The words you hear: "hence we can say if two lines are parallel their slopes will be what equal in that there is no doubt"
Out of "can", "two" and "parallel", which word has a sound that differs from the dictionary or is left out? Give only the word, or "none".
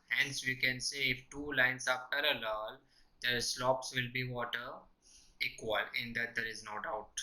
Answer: none